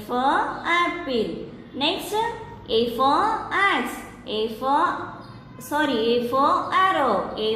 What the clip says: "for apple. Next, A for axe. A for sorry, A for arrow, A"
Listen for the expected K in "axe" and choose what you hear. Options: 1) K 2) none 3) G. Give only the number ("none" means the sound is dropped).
2